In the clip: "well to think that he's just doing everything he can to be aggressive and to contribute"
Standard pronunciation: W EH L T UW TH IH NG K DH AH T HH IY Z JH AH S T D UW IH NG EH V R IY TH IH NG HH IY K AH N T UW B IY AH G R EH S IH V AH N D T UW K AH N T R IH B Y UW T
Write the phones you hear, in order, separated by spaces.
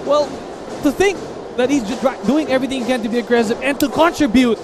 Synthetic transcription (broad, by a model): W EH L T UW TH IH NG K DH AH T HH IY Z JH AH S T D UW IH NG EH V R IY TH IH NG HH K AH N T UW B IY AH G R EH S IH P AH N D T UW K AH N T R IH B Y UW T